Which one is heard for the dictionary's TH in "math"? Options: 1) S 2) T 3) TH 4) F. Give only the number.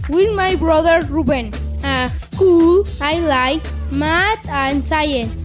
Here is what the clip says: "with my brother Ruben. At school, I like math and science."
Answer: 2